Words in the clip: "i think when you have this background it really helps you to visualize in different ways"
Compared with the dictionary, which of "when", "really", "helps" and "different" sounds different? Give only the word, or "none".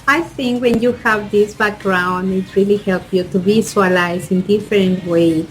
helps